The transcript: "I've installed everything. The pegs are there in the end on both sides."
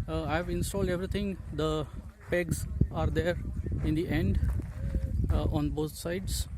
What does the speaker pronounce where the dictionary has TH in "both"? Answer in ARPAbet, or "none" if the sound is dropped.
T